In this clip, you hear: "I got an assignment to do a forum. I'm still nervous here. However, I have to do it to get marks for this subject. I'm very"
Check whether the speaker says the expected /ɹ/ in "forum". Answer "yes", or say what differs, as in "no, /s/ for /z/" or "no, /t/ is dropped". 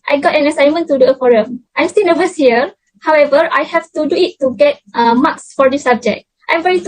yes